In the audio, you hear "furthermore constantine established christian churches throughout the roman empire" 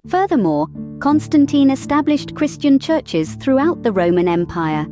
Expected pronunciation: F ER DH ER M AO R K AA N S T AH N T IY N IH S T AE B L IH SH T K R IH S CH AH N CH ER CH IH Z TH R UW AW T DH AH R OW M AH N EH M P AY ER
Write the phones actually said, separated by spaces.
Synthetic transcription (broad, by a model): F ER DH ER M AO K AA N S T AH N T IY N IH S T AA B L IH SH K R IH S CH AH N CH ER CH IH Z TH R UW AW T DH AH R OW M AH N EH M P AY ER